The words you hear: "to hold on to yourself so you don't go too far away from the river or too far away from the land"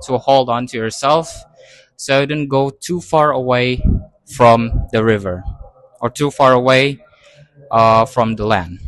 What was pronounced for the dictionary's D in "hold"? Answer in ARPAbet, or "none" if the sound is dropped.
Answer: D